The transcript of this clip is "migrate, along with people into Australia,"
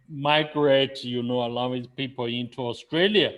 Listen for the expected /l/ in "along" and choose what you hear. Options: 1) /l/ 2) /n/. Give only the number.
2